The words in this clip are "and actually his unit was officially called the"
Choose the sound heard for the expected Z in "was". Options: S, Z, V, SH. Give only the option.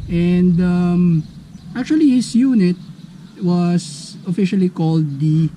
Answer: S